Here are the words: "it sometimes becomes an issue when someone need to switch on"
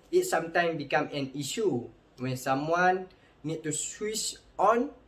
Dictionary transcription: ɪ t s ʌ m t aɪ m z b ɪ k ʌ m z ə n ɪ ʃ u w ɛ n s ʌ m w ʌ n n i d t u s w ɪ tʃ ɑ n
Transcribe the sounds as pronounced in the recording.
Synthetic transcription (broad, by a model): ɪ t s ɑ m t aɪ m b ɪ k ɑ m ə n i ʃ u w ɛ n s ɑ m w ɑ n n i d t u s w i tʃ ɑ n